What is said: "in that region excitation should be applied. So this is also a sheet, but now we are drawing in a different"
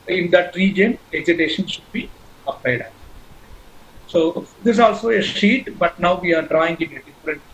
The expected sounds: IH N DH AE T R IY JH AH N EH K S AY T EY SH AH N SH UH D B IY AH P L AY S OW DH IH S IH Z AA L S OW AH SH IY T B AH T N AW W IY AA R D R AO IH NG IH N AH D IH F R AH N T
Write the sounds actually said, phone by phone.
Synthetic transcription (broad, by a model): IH N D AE T R IY JH AH N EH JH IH T EY SH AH N SH UH D B IY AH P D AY S OW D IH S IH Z AA L S OW AH SH IY T B AH T N AW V IY AA R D R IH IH NG IH N AH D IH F R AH N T